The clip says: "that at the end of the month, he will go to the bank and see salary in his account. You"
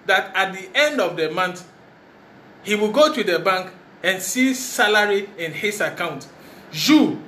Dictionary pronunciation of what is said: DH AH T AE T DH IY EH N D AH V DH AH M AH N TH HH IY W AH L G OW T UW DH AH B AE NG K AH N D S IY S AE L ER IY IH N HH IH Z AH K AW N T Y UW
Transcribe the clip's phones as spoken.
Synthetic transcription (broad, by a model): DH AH T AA T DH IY EH N D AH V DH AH M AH N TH HH IY W AH L G OW T UW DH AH B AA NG K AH N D S IY S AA L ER IY IH N HH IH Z AH K AW N T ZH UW